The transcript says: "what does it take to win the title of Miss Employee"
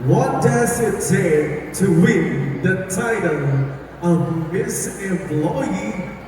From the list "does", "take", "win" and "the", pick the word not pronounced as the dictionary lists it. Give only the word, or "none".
take